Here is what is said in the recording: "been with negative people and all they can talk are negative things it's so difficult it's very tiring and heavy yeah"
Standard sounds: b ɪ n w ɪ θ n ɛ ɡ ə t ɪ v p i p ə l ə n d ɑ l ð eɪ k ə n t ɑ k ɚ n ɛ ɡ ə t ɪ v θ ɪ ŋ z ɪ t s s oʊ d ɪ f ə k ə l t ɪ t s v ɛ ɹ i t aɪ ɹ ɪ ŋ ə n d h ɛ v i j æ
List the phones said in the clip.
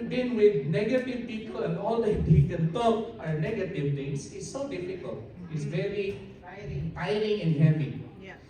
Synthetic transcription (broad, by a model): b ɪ n w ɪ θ n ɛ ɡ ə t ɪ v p i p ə l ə n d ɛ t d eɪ k ə n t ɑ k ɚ n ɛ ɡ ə t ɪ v t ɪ ŋ s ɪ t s s oʊ d ɪ f ə k ə l t ɪ t s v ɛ ɹ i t aɪ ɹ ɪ ŋ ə n h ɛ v i